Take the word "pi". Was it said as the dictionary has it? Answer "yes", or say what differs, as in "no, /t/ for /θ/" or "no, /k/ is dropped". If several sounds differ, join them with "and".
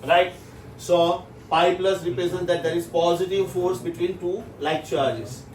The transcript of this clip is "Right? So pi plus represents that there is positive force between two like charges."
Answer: yes